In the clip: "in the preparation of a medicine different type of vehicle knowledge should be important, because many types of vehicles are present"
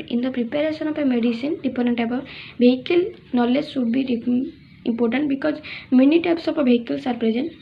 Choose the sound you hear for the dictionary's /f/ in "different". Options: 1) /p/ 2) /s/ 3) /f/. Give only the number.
1